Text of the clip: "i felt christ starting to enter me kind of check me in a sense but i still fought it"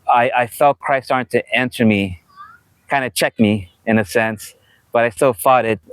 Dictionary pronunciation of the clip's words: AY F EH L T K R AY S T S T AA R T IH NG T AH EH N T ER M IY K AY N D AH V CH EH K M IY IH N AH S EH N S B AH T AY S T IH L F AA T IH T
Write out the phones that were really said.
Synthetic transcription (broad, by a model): AY F EH L T K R AY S S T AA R T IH T AH N S ER M IY K AY N D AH CH EH K M IY IH N AH S EH N S B AH T AY S T IH L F AA T IH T